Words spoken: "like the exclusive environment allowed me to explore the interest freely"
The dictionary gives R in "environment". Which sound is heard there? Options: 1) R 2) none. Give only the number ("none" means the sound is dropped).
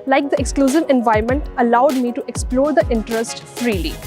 2